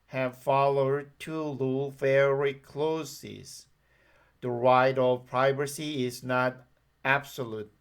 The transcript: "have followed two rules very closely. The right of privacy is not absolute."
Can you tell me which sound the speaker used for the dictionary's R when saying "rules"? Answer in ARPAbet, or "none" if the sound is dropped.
L